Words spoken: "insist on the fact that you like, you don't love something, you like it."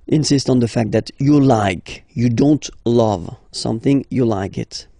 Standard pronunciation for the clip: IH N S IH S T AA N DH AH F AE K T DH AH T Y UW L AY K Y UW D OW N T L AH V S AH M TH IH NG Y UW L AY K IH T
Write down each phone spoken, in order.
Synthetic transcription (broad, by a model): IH N S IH S T N DH AH F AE K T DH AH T Y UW L AY K Y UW D OW N T L AH V S AH M TH IH NG Y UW L AY K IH T